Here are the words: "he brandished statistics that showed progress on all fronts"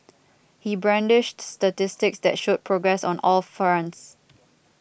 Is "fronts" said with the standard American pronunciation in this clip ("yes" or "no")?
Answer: no